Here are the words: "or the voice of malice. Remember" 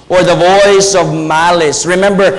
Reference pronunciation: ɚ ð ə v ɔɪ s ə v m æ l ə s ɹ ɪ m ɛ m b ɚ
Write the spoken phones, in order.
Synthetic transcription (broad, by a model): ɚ ð ə v ɔɪ s ə v m æ l ə s ɹ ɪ m ɛ m b ɚ